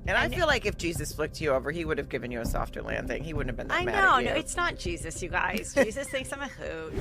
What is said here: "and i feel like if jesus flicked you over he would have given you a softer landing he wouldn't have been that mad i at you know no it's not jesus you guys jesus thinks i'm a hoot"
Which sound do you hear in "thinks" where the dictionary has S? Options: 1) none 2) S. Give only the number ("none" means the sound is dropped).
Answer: 2